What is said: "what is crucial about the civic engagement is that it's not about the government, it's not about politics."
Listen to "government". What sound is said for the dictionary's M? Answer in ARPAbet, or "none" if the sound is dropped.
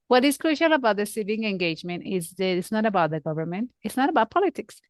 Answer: M